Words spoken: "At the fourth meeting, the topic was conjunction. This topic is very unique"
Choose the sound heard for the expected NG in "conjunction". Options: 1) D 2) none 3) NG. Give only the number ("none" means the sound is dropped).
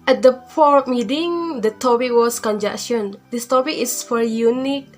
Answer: 2